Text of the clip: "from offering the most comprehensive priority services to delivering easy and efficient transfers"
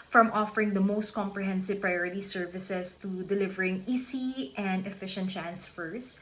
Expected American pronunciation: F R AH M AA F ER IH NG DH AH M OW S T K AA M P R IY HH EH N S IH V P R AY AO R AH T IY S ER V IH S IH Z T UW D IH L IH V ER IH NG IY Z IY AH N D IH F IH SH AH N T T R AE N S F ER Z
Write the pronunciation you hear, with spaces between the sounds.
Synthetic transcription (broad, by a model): F R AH M AA F ER IH NG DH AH M OW S T K AA M P R IY HH EH N S IH V P R AY AO R AH T IY S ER V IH S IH S T UW D IH L IH V ER IH NG IY S IY AH N D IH F IH SH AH N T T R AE N S F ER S